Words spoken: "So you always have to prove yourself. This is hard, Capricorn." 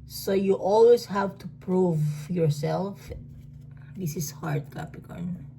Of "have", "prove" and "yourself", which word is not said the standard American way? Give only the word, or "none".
none